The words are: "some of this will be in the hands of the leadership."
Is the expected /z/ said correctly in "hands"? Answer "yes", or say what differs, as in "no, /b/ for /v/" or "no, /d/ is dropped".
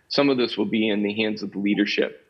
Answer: yes